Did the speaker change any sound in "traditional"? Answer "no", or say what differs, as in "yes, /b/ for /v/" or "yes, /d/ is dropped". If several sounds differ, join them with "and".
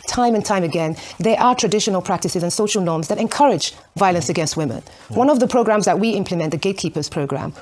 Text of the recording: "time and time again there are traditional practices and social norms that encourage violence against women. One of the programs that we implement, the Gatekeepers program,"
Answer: no